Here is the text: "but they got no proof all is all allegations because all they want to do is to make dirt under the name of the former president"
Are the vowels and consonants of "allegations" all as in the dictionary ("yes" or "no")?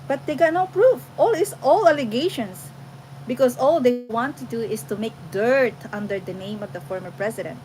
no